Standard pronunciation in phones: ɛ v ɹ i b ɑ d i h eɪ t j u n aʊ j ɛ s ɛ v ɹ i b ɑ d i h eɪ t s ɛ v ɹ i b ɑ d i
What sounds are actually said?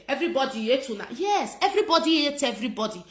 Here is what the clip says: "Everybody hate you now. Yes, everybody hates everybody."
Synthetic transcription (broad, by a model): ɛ v ɹ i b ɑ d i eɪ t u n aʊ j ɛ s ɛ v ɹ i b ɑ d i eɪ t ɛ v ɹ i b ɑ d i